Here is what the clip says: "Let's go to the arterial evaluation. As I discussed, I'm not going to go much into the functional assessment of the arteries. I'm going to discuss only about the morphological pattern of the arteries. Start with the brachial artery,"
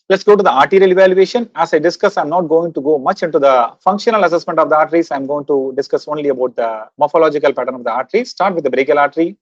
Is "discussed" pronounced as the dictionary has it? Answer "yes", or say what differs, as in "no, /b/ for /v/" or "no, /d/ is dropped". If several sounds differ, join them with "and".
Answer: no, /t/ is dropped